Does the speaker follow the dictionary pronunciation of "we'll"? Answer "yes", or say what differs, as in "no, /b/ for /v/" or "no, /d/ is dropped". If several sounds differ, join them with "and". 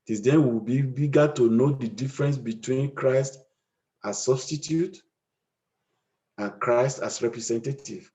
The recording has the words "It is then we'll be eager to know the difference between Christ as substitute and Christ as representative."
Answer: no, /w/ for /l/